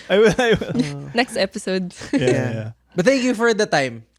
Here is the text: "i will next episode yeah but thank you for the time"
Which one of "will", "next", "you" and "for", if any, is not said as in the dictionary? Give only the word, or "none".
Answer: will